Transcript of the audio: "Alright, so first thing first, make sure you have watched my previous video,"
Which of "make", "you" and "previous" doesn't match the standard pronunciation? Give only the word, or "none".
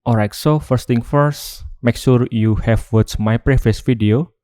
previous